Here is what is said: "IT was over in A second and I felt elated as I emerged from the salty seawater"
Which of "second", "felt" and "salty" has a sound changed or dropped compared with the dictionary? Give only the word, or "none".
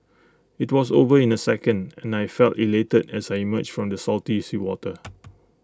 none